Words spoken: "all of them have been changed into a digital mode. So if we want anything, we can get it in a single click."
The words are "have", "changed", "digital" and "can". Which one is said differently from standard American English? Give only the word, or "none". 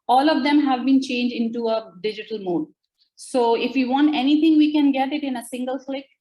none